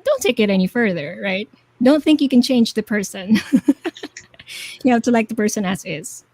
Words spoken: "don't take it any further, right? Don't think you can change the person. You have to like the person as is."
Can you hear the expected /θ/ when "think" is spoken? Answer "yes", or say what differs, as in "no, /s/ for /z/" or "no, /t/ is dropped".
yes